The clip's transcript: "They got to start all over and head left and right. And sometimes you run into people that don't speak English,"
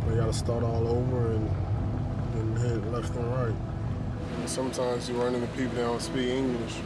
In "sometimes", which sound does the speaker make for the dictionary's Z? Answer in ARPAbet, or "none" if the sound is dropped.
Z